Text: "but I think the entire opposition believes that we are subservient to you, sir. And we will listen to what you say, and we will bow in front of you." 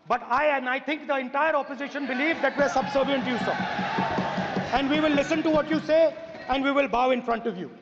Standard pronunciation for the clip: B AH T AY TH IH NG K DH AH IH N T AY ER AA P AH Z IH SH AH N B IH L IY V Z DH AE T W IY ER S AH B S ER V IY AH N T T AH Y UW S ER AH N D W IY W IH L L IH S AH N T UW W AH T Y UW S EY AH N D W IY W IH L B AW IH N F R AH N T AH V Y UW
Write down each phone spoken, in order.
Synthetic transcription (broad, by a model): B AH T AY T IH NG K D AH IH N T AY ER AA P AH Z IH SH AH N B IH L IY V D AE T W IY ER S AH B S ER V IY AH N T T Y UW S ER AH N D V IY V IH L L IH S AH N T UW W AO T Y UW S EY AH N D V IY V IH L B AW IH N F R AH N T AH V Y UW